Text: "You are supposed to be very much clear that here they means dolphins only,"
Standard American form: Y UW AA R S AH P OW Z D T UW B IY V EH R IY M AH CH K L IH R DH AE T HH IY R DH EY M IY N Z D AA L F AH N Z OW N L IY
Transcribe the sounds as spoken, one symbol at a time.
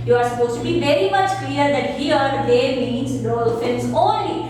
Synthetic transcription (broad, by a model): Y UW AA R S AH P OW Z T UW B IY V EH R IY M AH CH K L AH R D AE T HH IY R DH EY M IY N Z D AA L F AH L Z OW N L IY